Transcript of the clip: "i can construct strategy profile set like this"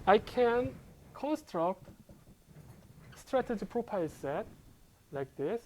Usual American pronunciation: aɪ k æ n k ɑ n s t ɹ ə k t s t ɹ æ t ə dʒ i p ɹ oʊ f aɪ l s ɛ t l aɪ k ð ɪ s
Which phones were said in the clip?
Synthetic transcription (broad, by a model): aɪ k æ n k ɑ n s t ɹ ə k t s t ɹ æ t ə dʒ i p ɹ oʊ p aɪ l s ɛ t l aɪ k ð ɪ s